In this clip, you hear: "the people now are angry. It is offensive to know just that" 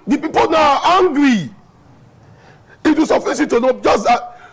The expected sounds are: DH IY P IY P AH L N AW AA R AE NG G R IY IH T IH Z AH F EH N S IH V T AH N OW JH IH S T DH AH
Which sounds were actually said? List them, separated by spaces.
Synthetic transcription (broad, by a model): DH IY P IY P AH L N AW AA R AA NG G R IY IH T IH S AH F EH S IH T AH N OW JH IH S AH